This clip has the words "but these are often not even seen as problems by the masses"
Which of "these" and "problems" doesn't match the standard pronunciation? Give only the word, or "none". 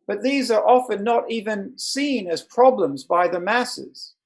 none